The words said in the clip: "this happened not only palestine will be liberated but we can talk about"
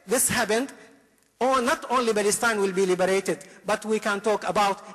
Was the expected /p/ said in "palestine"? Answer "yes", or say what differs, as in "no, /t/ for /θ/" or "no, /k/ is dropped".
no, /b/ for /p/